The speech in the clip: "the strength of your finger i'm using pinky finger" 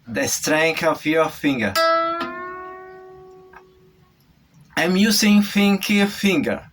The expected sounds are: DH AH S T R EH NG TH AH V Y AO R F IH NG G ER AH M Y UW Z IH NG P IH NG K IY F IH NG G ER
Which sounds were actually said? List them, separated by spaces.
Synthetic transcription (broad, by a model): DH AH S T R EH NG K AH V Y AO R F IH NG G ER AH M Y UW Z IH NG F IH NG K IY F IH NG G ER